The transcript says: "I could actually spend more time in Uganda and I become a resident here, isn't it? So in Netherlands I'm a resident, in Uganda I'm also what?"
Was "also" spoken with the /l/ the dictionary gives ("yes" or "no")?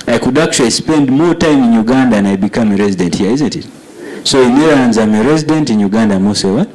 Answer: no